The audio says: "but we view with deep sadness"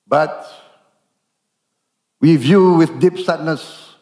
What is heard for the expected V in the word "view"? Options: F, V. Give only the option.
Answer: V